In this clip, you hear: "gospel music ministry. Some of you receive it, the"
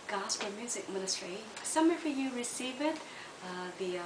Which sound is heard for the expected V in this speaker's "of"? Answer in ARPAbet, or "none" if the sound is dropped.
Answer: F